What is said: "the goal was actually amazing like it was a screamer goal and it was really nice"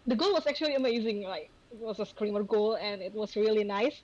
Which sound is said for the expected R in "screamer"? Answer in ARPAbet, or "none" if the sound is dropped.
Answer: R